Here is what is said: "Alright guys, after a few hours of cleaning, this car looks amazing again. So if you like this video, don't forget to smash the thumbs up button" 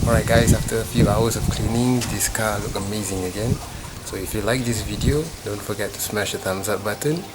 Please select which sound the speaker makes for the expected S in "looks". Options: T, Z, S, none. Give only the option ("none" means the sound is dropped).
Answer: none